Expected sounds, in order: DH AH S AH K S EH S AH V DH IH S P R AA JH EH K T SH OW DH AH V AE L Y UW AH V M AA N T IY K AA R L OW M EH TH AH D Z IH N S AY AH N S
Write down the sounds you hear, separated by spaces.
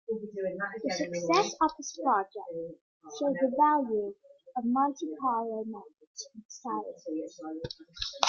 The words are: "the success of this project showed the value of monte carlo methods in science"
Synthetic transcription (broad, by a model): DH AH S AH K S EH S AH V DH IH S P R AA JH EH K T SH OW DH AH V AE L Y UW AH V M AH L T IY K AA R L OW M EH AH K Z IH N S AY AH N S